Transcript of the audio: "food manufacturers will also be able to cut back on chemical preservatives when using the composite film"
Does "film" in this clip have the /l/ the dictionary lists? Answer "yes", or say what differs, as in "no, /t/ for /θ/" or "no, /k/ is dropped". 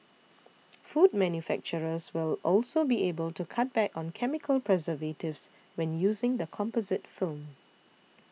yes